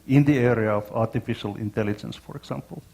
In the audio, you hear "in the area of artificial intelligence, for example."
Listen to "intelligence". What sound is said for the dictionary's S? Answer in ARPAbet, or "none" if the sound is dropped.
S